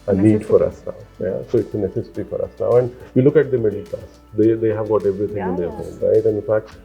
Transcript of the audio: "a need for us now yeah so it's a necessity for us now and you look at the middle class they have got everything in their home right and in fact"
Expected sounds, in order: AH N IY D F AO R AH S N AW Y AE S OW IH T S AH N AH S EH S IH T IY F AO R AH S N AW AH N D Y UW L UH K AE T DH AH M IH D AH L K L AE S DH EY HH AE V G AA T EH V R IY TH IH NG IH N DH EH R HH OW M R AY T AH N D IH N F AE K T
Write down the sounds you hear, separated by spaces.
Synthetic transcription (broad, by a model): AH N IY D F AO R AH S N AW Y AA S OW IH T S AH N AH S EH S IH T IY F AO R AH S N AW AH N D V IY L UH K AE T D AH M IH D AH L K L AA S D EY HH AE V G AA T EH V R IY T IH NG IH N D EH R HH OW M R AY T AH N D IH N F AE K T